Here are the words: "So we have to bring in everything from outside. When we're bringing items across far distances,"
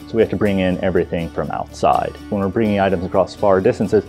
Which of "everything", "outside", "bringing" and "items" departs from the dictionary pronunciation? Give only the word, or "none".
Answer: none